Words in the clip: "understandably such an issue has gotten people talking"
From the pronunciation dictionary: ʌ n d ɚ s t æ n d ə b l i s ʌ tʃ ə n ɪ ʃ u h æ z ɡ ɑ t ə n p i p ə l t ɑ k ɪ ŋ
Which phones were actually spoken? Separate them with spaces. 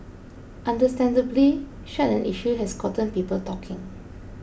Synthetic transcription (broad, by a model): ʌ n d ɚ s t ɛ n d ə b l i ʃ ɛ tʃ ə n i ʃ u h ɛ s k ɑ t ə n p i p ə l t ɑ k ɪ ŋ